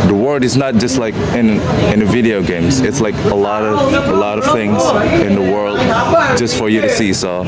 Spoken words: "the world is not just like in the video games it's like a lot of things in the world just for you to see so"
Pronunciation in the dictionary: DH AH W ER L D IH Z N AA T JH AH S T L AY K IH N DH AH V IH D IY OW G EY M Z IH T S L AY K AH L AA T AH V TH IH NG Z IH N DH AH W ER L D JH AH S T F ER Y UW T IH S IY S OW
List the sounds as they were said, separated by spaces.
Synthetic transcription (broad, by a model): DH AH W ER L D IH Z N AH T JH AH S T L AY K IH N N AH V IH D IY OW G EY M Z IH T S L AY K AH L AA T AH V TH IH NG Z IH N DH AH W ER L D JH AH S T F ER Y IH T IH S IY S OW